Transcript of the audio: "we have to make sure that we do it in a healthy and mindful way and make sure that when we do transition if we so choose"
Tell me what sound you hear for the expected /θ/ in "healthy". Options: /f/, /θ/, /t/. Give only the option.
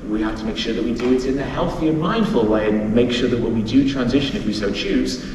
/θ/